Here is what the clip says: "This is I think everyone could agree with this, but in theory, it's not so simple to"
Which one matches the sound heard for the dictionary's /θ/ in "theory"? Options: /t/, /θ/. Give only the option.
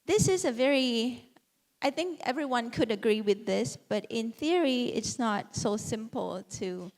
/θ/